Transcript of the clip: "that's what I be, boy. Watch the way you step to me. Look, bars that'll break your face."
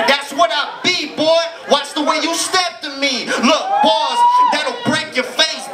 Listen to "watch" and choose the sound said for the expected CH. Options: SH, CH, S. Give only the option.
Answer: S